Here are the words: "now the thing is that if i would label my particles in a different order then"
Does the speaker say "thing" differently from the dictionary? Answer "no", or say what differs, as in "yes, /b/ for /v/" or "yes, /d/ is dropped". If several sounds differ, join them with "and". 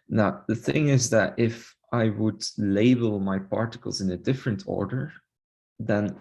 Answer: no